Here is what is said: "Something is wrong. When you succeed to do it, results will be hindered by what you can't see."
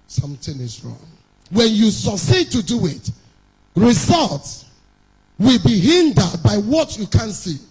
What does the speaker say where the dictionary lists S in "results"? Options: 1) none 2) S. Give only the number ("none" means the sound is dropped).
2